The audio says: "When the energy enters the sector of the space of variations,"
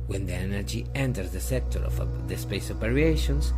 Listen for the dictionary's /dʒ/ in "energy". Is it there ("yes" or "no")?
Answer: yes